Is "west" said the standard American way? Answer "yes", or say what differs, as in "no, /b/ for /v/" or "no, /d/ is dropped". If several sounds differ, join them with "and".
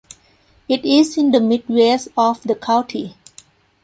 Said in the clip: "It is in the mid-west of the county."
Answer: no, /t/ is dropped